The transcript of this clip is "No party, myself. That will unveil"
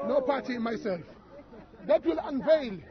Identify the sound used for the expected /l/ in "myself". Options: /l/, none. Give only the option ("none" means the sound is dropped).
/l/